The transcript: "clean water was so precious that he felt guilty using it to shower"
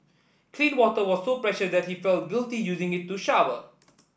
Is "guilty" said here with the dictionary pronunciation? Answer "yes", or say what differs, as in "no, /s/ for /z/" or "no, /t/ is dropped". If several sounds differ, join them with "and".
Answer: yes